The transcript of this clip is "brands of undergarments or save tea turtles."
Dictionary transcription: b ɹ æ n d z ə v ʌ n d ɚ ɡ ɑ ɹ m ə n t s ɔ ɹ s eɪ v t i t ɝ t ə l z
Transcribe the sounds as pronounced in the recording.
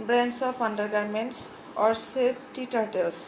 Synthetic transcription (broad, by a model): b ɹ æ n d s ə p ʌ n d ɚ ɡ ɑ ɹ m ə n t s ɔ ɹ s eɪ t t i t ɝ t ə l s